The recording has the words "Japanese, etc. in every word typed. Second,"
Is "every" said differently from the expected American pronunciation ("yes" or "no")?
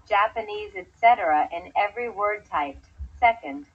no